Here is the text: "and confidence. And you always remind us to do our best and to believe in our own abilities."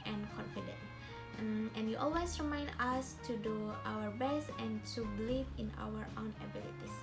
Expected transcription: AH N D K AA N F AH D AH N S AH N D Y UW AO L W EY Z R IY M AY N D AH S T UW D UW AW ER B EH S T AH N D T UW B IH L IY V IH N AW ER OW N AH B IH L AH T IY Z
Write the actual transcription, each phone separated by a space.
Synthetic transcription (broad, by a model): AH N K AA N F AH D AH N AH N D Y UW AO L W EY S R IY M AY N D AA S T UW D UW AW ER B EH S T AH N T UW B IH L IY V IH N AW ER OW N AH B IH L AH T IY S